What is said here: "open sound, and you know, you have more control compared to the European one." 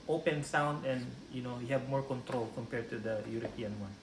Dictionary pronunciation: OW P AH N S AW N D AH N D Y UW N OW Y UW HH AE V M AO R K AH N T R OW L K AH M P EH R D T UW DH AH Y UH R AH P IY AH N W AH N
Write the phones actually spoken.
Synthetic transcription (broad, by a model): OW P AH N S AW N D AH N D Y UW N OW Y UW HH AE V M AO R K AH N T R OW L K AH M P EH R D T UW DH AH Y UH R AH P IY AH N W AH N